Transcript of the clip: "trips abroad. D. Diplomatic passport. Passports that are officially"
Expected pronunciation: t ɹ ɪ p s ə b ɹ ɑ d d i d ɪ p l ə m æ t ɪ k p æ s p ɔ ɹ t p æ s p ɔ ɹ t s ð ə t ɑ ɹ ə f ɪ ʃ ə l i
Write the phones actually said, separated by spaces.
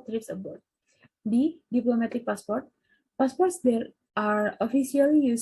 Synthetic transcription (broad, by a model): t ɹ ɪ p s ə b ɑ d d i d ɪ p l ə m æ t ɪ k p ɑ s p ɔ ɹ t p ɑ s p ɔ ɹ t s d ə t ɑ ɹ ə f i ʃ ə l i